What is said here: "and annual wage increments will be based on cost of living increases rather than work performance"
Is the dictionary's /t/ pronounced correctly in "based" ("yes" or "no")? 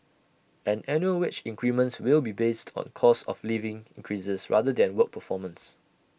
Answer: yes